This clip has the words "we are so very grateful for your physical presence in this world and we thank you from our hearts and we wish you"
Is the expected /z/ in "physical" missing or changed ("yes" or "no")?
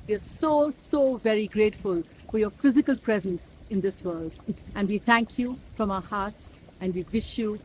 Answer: no